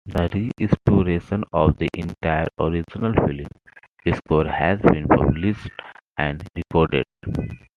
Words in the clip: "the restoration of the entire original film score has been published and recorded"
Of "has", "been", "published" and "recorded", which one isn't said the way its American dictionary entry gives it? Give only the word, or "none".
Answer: published